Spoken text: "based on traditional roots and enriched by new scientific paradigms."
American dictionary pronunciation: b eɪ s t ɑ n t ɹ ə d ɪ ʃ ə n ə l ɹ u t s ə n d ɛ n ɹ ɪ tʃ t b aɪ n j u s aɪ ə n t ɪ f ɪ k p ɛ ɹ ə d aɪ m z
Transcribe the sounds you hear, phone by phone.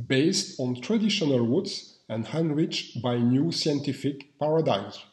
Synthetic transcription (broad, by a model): b eɪ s t ɑ n t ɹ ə d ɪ ʃ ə n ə l w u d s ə n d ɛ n ɹ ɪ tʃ b aɪ n j u s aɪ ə n t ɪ f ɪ k p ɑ ɹ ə d aɪ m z